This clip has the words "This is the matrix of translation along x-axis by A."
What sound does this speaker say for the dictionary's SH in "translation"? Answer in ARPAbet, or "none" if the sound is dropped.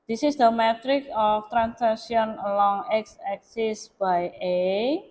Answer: none